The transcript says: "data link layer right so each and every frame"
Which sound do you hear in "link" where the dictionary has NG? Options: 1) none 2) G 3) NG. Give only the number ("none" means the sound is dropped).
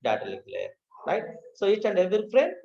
1